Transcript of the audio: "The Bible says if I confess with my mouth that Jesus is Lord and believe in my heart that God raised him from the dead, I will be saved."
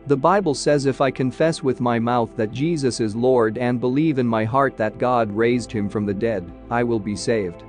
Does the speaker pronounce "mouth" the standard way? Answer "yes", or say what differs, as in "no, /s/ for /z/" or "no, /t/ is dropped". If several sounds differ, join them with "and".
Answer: yes